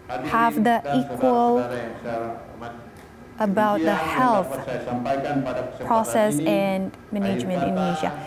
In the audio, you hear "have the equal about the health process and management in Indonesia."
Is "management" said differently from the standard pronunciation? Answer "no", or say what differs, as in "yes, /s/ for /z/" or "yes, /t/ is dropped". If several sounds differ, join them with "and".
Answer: no